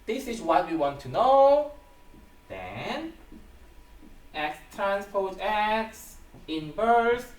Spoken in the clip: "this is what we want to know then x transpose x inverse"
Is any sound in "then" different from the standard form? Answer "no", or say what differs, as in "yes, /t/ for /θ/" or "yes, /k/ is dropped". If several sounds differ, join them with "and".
no